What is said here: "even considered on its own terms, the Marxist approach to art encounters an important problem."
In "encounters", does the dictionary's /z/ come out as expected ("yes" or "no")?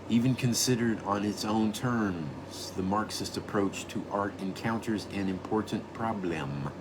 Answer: yes